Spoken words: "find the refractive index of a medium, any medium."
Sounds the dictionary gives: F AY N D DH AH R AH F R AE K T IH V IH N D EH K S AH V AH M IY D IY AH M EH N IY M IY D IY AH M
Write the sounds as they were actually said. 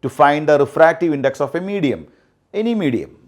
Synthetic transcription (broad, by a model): F AY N D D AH R AH F R AE K T IH V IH N D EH K S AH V AH M IY D IY AH M EH N IY M IY D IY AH M